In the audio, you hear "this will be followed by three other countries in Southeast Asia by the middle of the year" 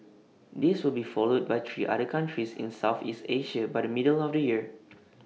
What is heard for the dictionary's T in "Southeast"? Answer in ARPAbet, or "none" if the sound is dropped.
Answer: T